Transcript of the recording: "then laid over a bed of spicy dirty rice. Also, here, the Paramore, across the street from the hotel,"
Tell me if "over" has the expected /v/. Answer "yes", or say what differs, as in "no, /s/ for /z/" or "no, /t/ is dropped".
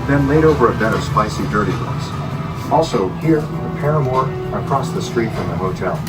yes